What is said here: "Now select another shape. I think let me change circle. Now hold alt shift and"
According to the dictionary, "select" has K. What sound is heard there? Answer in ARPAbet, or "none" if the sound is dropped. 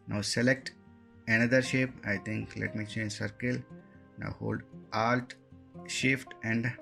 K